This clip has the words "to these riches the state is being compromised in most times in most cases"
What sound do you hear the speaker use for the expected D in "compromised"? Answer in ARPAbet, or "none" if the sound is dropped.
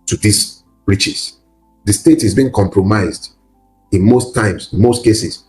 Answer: D